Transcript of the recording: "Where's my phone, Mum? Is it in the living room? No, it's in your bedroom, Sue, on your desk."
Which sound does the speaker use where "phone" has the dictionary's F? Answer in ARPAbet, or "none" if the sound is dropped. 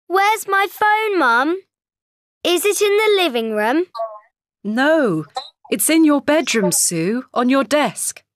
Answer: F